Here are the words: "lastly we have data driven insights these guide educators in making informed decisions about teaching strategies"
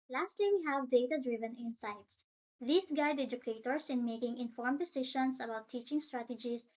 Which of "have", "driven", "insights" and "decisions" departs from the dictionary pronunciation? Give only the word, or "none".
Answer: decisions